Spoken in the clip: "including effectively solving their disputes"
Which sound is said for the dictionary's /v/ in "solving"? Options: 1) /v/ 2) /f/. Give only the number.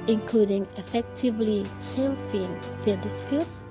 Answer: 2